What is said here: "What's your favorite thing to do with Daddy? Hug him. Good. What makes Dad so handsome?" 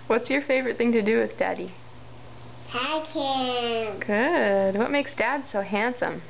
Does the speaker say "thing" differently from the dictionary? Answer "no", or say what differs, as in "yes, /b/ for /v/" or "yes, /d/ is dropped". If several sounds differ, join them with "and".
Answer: no